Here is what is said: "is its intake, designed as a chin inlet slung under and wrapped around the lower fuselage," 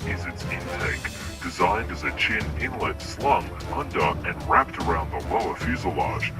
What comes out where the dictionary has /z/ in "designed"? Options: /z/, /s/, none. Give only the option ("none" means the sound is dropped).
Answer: /z/